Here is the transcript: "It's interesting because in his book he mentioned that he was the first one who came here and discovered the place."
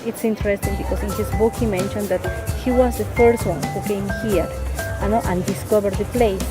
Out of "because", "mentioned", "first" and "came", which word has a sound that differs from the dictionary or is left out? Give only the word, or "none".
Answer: because